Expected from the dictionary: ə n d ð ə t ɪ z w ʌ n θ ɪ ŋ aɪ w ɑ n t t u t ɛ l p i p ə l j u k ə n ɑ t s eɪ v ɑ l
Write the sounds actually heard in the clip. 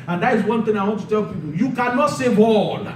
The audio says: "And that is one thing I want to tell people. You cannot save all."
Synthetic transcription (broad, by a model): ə n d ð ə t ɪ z w ʌ n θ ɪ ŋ aɪ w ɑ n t t u t ɛ l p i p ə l j u k ə n ɑ t s eɪ b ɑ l